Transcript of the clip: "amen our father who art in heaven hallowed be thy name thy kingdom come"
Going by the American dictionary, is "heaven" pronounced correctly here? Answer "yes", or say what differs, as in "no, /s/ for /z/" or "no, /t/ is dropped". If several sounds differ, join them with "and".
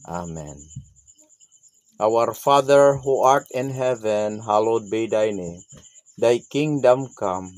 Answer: yes